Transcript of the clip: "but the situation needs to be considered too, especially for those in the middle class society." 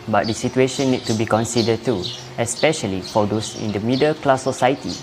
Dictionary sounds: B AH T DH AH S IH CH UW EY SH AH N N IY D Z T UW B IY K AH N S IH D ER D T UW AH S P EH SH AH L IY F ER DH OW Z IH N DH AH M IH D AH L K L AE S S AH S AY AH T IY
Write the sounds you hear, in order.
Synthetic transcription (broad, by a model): B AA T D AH S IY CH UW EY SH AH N N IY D T UW B IY K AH N S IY D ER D T UW AH S P EH SH AH L IY F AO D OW S IH N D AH M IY D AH L K L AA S S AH S AY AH T IY